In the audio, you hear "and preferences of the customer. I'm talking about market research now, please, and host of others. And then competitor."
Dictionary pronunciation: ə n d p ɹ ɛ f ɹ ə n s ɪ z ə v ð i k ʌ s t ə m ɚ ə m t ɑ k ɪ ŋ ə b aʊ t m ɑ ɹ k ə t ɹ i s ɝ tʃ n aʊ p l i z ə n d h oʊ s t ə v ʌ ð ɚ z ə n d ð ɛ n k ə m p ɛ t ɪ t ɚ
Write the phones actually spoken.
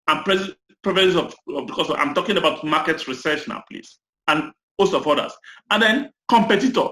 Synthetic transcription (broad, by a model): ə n p ɹ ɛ p ɹ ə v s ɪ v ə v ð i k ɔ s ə ɑ ə m t ɑ k ɪ ŋ ə b aʊ t m ɑ k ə t ɹ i s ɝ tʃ n aʊ p l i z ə n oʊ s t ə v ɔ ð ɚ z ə n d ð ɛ n k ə m p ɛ t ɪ t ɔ